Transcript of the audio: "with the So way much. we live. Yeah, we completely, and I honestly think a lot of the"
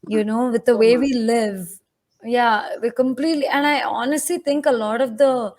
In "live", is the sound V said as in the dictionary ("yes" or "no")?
yes